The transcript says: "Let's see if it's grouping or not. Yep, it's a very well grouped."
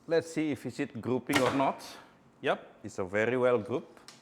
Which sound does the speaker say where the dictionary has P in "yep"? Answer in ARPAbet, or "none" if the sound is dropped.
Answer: P